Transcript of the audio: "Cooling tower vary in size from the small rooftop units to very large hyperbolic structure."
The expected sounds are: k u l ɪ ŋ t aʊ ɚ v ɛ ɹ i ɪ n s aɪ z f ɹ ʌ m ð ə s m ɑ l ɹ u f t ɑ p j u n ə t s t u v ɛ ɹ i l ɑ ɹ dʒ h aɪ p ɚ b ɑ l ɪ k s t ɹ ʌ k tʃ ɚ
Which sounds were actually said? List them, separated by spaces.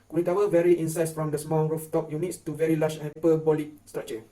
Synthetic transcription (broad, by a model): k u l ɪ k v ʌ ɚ v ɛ ɹ i ɪ n s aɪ s f ɹ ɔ m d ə s m ɑ l ɹ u f t ɑ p j u n ə t s t u v ɛ ɹ i l ɑ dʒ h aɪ p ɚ b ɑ l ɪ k s t ɹ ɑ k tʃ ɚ